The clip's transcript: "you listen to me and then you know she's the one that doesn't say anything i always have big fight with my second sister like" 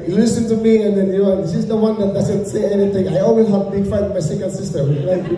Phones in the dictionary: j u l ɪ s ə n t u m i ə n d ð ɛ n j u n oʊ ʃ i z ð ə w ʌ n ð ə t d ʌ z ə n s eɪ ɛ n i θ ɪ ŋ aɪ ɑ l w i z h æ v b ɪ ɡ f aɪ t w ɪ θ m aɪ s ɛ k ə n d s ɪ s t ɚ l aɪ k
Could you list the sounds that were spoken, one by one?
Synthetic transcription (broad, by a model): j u l ɪ s ə n t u m i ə n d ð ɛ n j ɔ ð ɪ s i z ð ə w ʌ n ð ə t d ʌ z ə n s eɪ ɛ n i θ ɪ ŋ aɪ ɑ l w i z h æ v b ɪ ɡ f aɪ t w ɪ m aɪ s ɛ k ə n d s ɪ s t ɚ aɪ